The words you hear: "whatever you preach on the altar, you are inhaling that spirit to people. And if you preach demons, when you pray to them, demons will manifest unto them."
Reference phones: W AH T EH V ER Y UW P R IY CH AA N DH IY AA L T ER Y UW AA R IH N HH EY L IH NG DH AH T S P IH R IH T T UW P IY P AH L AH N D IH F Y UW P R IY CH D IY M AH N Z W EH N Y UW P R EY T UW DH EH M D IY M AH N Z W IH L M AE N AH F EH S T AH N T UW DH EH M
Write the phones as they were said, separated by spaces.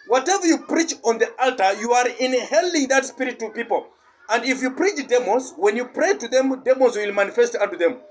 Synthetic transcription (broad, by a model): W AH T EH V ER Y UW P R IY CH AA N DH IY AA L T ER Y UW AA R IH N HH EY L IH NG DH AH T S P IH R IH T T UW P IY P AH L AH N D IH F Y UW P R IY CH D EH M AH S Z W EH N Y UW P R EY T UW DH EH M D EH M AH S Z W IH L M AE N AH F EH S T AH N T UW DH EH M